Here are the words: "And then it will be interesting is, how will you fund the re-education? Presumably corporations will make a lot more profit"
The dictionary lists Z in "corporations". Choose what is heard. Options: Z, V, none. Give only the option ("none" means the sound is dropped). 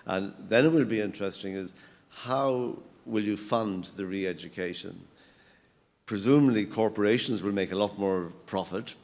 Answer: Z